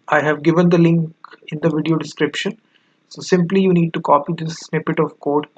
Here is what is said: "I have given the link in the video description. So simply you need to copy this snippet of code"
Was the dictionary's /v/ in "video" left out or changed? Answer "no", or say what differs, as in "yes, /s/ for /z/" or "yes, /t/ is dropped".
no